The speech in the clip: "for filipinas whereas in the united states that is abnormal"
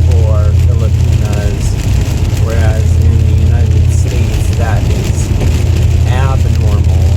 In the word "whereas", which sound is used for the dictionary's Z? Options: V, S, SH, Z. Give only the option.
Z